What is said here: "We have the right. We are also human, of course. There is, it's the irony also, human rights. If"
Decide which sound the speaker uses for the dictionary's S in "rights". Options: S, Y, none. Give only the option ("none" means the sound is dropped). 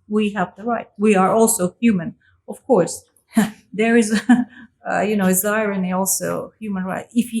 none